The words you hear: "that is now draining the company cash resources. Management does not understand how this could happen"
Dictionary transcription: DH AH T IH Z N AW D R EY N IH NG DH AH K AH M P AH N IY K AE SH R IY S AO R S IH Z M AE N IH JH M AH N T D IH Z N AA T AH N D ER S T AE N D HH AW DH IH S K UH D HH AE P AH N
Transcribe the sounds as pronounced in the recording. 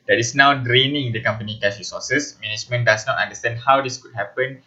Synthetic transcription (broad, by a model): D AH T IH S N AW D R EY N IH NG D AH K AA M P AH N IY K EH S R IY S AO S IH S M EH N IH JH M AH N D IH S N AA T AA N D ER S T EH N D HH AW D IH S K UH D HH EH P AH N